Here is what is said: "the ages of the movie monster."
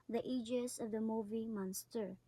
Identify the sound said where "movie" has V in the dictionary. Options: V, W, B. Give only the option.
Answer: V